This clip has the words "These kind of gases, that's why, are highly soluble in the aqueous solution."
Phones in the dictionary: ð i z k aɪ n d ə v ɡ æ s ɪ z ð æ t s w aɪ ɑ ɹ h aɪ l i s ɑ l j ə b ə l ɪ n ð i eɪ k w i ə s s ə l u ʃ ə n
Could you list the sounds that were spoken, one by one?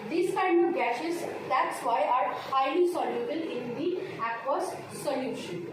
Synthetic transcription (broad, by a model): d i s k aɪ n d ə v ɡ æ ʃ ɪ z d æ t s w aɪ ɑ ɹ h aɪ l i s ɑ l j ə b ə l ɪ n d i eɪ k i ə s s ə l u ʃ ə n